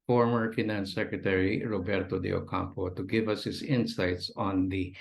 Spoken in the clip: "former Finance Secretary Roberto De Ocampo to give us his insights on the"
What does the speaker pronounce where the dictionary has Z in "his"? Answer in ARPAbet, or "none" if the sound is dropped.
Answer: S